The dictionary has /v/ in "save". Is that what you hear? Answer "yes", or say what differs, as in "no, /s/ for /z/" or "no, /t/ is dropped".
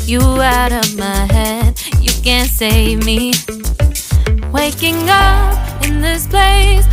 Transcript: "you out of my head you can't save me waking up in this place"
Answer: yes